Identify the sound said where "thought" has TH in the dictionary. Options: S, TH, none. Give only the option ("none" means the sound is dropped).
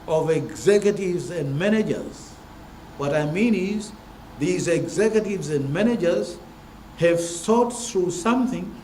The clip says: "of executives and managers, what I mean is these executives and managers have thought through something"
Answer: S